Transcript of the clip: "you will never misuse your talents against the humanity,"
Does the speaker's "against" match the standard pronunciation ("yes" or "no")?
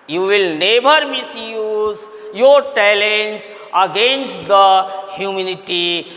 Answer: yes